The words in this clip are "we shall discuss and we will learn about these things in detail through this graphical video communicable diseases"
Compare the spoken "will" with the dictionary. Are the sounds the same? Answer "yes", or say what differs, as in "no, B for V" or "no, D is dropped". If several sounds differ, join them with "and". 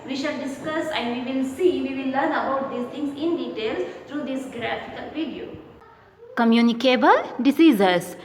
no, W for L